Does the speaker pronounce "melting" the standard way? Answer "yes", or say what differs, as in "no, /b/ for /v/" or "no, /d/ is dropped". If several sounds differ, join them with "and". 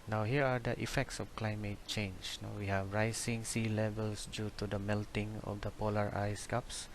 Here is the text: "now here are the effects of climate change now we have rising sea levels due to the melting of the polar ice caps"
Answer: yes